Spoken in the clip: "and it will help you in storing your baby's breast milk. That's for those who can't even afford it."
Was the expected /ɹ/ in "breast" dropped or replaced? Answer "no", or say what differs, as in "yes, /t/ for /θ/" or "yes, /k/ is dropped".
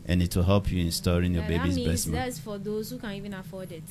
yes, /ɹ/ is dropped